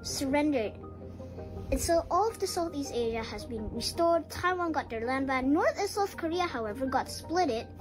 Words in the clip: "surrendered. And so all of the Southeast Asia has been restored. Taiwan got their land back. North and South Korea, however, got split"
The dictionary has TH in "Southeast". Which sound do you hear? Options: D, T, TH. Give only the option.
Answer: TH